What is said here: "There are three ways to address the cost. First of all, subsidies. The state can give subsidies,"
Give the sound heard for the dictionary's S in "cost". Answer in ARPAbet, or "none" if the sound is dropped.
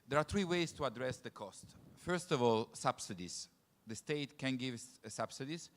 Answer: S